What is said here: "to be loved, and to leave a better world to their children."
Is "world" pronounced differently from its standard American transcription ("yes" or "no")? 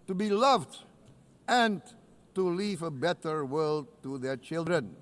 no